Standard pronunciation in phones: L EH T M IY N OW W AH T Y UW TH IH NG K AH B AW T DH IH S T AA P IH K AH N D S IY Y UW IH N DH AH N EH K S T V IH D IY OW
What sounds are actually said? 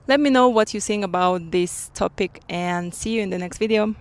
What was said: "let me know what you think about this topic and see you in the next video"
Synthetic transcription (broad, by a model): L EH T M IY N OW W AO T Y UW S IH NG AH B AW T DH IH S T AA P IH K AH N S IY Y UW IH N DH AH N EH K S T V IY D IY OW